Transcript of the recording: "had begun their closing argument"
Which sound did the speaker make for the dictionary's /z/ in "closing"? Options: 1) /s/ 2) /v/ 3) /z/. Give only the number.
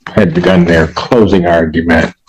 3